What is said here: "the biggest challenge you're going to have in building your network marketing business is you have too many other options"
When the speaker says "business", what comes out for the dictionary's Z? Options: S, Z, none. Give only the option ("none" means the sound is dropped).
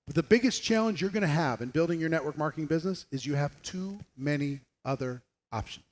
Z